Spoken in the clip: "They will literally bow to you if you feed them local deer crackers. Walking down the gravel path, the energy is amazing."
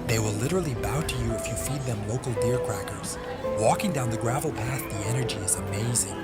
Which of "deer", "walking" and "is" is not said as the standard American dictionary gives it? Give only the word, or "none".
none